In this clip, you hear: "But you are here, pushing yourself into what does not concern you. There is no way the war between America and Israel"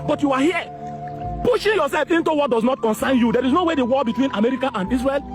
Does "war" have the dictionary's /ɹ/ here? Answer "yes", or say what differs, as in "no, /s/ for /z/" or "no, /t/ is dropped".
no, /l/ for /ɹ/